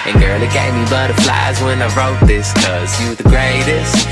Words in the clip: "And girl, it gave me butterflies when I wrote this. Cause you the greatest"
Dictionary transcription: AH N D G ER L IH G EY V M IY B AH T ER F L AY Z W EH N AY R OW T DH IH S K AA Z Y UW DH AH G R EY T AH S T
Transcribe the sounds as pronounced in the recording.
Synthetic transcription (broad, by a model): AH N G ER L IH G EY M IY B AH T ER F L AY Z W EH N AY R OW T DH IH S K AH Z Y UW DH AH G R EY T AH S T